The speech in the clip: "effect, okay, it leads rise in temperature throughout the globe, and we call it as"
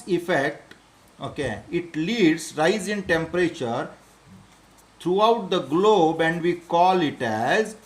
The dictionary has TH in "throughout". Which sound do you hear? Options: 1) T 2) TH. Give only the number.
1